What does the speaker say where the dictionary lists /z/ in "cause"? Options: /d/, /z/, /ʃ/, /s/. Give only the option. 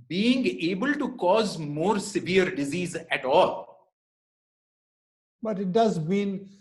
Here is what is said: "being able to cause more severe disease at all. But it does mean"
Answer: /z/